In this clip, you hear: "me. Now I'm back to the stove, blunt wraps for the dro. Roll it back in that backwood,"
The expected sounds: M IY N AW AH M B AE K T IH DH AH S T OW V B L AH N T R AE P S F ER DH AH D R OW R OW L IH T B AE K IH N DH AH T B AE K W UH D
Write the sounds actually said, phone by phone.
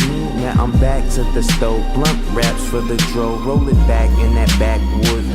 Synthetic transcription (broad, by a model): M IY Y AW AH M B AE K S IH DH AH S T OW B L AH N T R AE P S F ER DH AH D R OW R OW L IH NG B AE K IH N DH AH T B AE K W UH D